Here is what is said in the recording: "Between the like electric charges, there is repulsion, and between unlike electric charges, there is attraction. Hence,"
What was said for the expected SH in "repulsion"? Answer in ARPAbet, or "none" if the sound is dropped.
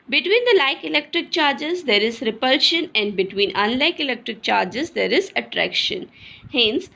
SH